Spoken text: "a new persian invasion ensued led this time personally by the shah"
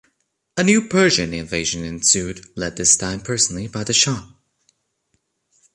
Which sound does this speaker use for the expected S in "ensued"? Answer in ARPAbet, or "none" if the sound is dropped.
S